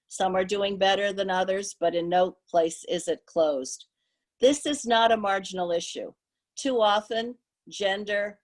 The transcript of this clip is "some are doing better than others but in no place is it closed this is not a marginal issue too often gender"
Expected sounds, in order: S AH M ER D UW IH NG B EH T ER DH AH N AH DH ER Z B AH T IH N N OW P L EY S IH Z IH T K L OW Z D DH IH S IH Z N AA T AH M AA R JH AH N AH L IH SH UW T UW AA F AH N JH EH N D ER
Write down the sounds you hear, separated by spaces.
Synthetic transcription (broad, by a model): S AH M ER D UW IH NG B EH T ER DH AH N AH DH ER Z B AH T IH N N OW P L EY S IH Z IH T K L OW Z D DH IH S IH Z N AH T AH M AA R JH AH N L IH SH UW T UW AA F AH N JH EH N D ER